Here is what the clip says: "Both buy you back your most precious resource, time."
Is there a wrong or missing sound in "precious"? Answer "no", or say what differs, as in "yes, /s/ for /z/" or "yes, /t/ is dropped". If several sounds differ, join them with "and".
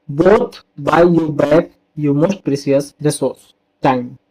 yes, /s/ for /ʃ/